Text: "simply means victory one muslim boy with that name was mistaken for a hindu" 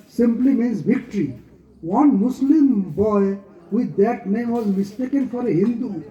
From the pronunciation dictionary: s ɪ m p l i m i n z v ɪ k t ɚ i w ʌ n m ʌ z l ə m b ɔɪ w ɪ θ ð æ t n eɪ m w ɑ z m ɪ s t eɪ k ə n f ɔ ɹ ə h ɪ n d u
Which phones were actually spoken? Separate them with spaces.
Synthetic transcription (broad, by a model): s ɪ m p l i m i n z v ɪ k t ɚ i w ʌ n m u s l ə m b ɔɪ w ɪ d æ t n eɪ m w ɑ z m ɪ s t eɪ k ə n f ɔ ɹ ə h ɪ n d u